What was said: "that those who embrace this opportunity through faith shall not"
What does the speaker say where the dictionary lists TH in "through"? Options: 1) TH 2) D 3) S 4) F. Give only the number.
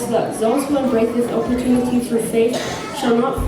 4